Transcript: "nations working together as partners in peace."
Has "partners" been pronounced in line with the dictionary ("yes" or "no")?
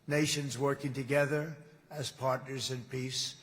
yes